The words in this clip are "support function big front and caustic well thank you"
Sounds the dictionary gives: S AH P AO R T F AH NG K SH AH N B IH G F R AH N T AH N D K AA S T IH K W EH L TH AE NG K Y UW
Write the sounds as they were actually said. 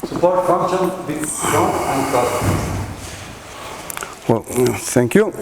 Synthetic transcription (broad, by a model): S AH P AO R T F AH NG K SH AH N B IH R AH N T AH N D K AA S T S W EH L T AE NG K Y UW